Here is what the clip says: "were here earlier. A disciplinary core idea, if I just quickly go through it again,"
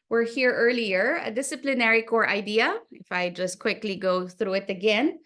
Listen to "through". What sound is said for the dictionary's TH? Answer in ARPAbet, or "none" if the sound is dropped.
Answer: TH